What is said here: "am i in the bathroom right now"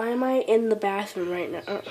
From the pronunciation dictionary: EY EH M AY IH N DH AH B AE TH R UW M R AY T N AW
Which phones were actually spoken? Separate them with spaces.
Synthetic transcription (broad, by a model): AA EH M AY IH N DH AH B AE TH IH R AY T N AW